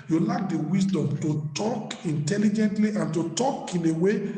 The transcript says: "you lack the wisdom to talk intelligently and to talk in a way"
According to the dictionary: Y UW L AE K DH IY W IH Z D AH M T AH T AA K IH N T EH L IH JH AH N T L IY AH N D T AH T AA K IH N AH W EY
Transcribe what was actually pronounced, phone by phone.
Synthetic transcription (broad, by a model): Y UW L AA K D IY W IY S D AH M T AH T AA K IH N T EH L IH JH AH N T L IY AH N T AH T AA K IH N AH W EY